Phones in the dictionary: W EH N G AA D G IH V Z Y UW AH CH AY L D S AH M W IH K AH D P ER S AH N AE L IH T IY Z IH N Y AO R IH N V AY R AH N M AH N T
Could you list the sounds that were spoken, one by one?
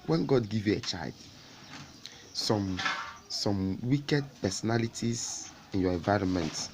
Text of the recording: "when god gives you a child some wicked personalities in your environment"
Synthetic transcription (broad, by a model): W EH N G AA D G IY V Y UW AH CH AY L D S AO M W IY K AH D P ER S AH N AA L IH T IY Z IH N Y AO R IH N V AY R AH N M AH N T